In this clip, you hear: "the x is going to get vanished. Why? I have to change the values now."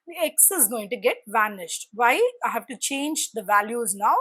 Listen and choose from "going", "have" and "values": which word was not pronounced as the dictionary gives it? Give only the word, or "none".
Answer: none